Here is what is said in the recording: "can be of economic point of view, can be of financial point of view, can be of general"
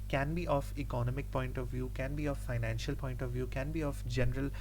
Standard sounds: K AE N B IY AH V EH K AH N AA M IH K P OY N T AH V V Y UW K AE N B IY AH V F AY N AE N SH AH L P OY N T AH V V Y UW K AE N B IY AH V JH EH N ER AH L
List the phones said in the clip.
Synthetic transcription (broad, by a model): K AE N B IY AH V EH K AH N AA M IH K P OY N T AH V V Y UW K AE N B IY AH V F AY N AE N SH AH L P OY N T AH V V Y UW K AE N B IY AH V JH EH N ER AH L